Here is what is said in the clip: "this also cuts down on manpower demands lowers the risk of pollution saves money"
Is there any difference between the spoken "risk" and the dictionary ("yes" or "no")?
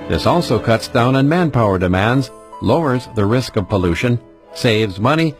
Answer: no